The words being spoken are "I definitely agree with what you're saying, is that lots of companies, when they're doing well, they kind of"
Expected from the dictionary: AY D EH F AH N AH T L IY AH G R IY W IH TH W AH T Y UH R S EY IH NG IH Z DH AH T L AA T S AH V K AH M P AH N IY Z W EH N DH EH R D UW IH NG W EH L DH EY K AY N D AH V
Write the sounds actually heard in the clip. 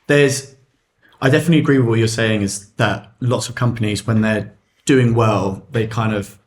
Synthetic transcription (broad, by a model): AY D EH F AH N AH T L IY AH G R IY W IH W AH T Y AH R S EY IH NG IH Z DH AH T L AA T S AH V K AH M P AH N IY Z W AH N DH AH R D UW IH NG W EH L DH EY K AY N D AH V